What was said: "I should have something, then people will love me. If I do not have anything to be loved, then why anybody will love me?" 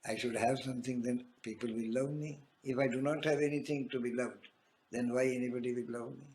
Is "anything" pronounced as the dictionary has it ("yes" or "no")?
no